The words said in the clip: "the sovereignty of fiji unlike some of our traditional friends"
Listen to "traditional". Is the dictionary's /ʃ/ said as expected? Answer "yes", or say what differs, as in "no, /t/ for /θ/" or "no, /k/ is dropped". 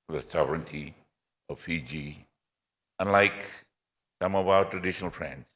yes